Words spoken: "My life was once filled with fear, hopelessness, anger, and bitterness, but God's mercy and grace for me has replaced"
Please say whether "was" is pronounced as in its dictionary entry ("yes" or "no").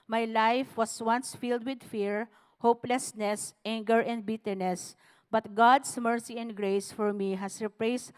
no